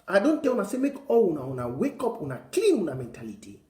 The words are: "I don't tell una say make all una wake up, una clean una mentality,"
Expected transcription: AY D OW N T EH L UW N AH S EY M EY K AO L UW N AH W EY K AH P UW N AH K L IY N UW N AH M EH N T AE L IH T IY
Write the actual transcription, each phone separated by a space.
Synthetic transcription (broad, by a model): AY D OW N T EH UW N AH S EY M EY K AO N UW N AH W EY K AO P UW N AH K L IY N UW N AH M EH N T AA L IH T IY